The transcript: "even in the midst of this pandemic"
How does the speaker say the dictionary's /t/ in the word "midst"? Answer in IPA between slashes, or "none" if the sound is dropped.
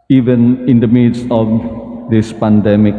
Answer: none